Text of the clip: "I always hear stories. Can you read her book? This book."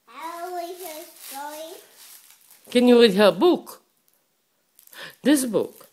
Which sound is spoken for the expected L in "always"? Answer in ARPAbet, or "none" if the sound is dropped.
none